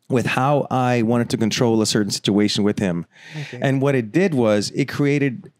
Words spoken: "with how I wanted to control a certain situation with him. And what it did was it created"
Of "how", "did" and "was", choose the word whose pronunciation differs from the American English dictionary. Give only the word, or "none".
none